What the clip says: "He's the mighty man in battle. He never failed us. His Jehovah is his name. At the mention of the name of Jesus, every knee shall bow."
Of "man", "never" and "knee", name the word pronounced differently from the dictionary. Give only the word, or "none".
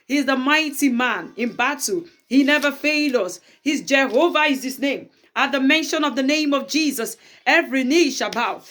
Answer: none